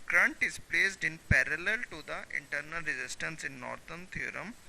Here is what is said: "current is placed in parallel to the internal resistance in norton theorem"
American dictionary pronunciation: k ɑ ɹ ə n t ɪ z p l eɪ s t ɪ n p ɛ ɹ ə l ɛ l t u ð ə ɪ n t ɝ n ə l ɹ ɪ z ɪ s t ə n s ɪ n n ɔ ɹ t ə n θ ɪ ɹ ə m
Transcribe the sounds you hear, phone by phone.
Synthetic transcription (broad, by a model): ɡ ɹ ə n t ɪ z p l eɪ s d ɪ n p ɛ ɹ ə l ɛ l t u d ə ɪ n t ɝ n ə l ɹ ɪ z ɪ s t ə n s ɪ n n ɔ ɹ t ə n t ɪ ɹ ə m